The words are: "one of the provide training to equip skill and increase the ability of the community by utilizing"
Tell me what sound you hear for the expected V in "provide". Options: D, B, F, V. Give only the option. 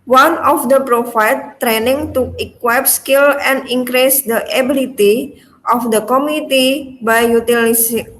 F